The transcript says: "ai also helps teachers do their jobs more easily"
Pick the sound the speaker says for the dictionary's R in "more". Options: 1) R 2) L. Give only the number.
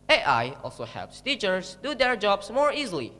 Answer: 1